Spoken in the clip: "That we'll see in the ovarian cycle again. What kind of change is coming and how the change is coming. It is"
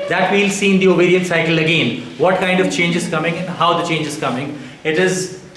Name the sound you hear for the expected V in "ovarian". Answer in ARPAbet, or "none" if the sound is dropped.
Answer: B